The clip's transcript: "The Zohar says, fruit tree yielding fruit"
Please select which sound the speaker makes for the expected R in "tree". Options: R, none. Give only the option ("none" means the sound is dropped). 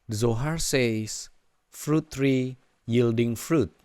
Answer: R